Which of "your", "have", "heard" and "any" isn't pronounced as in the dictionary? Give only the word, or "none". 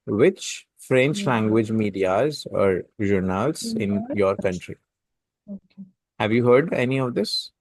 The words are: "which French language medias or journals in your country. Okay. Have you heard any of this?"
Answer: none